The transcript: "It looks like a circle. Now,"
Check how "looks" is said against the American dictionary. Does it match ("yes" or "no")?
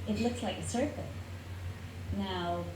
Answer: yes